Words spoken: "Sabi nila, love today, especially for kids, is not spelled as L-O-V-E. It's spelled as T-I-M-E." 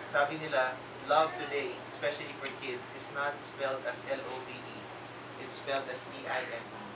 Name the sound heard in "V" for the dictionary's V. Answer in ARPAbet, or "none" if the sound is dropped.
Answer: B